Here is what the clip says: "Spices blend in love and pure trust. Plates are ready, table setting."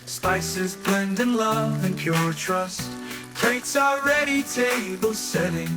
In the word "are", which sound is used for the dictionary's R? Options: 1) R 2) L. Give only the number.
2